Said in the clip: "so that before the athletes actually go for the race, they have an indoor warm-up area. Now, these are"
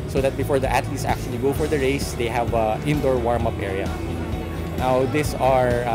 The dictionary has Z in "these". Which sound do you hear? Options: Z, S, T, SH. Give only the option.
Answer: S